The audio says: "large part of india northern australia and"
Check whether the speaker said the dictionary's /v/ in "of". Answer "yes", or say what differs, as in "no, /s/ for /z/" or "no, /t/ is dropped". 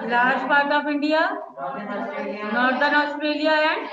no, /p/ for /v/